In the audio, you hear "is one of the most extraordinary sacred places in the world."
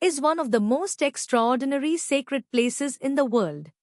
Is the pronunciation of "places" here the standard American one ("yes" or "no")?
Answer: yes